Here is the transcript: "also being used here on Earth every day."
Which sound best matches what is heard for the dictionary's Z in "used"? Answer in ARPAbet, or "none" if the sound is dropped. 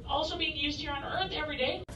Z